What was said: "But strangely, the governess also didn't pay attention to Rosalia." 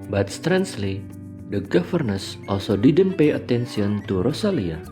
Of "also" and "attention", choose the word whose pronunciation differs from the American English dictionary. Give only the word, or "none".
attention